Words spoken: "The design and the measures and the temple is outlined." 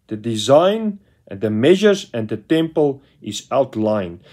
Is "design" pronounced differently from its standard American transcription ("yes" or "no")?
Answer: yes